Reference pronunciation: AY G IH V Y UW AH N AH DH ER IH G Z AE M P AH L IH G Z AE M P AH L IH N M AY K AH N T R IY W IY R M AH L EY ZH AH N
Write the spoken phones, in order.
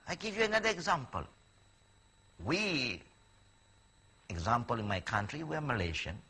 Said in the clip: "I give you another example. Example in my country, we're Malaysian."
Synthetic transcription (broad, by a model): AY G IH V Y UW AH N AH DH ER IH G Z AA M P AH L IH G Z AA M P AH L IH N M AY K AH N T R IY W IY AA M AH L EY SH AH N